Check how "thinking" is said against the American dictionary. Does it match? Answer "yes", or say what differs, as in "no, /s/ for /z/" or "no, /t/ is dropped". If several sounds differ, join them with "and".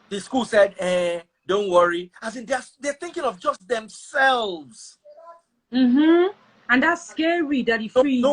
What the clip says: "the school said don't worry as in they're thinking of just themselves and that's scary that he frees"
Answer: yes